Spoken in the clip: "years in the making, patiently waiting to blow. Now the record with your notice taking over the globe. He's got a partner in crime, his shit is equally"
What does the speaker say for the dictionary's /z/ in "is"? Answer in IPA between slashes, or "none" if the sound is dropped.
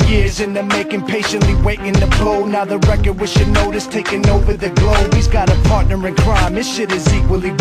/z/